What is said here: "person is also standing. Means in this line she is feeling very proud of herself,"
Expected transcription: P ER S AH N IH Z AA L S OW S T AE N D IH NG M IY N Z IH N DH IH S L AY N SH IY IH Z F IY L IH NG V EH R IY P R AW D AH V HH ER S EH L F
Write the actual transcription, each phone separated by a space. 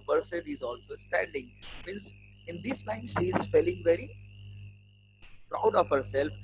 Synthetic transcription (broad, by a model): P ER S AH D IH Z AA L S OW S T AE N D IH NG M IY N S IH N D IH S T AY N SH IY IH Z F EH L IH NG V EH R IY P R AW D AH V HH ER S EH L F